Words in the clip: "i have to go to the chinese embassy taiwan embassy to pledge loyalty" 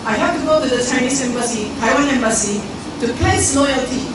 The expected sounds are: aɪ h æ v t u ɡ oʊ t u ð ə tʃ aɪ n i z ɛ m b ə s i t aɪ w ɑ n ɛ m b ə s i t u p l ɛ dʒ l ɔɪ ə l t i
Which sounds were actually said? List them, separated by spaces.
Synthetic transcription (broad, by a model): aɪ h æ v t u ɡ oʊ t u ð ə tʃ aɪ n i s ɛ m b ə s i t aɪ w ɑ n ɛ m b ə s i t u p l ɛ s l ɔɪ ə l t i